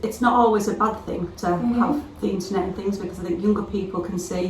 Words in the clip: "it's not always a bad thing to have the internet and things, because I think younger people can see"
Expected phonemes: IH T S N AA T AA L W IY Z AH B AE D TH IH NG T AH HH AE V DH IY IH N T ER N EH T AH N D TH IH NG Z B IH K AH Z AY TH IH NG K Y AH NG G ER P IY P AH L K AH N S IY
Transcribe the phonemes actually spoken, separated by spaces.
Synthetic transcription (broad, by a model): IH T S N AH T AA L W IY Z AH B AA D TH IH NG T AH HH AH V DH IY IH N T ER N EH T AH N TH IH NG Z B IH K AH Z AY TH IH NG K Y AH NG G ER P IY P AH L K AH N S IY